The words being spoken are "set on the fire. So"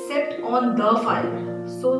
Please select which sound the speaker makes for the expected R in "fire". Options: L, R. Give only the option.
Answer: L